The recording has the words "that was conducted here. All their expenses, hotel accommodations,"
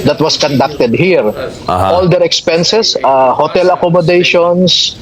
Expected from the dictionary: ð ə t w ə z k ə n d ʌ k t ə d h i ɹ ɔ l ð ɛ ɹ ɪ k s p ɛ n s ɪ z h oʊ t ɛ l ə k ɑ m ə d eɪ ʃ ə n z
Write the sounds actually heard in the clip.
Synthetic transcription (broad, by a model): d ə t w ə s k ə n d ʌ k t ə d h i ɹ ɔ l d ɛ ɹ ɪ k s p ɛ n s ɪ s h oʊ t ɛ l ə k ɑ m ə d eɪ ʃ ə n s